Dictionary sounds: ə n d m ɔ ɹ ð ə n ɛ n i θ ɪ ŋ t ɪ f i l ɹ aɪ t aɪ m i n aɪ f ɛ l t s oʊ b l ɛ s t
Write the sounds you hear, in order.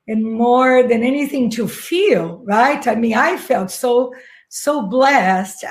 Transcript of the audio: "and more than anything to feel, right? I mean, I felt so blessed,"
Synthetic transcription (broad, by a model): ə n m ɔ ɹ ð ə n ɛ n i θ ɪ ŋ t ɪ f i l ɹ aɪ t aɪ m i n aɪ f ɛ l t s oʊ b l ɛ s t